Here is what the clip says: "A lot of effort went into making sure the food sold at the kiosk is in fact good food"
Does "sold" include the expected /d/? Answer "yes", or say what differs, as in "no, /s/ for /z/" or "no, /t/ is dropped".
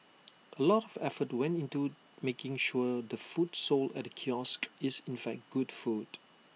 no, /d/ is dropped